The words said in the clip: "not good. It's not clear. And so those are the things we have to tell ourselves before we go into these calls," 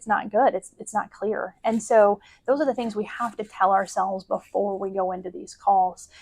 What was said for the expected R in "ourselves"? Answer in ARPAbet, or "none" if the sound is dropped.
R